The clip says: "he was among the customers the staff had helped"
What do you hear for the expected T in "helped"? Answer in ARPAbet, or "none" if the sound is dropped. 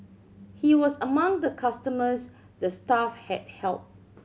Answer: none